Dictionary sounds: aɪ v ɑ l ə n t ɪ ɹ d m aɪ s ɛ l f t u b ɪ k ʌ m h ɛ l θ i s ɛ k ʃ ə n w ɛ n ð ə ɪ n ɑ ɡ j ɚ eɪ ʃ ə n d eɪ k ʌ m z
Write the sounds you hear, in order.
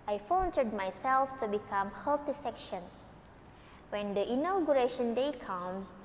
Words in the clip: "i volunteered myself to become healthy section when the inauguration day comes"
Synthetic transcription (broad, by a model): aɪ f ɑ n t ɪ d m aɪ s ɛ l f t u b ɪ k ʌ m h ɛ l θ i s ɛ k ʃ ə n w ɛ n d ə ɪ n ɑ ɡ j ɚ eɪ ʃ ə n d eɪ k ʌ m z